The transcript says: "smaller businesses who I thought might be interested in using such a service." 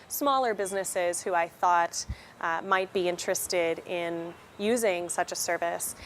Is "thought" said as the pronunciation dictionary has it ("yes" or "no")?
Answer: yes